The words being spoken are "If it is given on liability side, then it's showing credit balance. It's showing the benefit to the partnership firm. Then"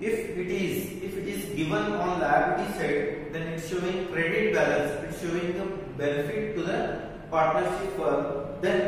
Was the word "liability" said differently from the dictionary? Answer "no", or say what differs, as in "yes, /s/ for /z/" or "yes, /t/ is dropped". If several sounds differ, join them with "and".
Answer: yes, /s/ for /t/